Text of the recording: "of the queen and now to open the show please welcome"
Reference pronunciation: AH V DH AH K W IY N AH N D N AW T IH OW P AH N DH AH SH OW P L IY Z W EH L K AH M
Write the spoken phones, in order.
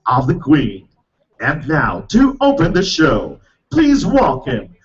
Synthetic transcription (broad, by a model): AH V DH AH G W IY N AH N N AW T IH OW P AH N DH AH SH OW P L IY Z W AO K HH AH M